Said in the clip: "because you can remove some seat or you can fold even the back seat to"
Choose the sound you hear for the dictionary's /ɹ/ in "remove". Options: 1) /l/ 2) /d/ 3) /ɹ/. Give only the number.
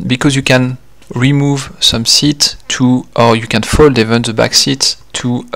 3